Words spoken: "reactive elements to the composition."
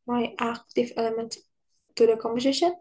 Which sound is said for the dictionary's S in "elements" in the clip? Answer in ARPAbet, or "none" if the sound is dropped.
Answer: none